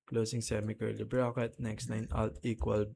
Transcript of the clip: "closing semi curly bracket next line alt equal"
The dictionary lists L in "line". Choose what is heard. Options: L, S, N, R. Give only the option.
N